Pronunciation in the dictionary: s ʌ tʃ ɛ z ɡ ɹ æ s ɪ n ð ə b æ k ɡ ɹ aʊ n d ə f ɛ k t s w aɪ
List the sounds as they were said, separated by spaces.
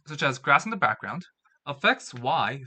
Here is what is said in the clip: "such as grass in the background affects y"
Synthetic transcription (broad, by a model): s ʌ tʃ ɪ z ɡ ɹ æ s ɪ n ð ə b æ k ɡ ɹ aʊ n d ə f ɛ k t s w aɪ